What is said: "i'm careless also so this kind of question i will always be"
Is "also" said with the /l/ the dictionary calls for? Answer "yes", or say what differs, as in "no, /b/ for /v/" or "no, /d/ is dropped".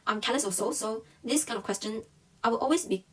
no, /l/ is dropped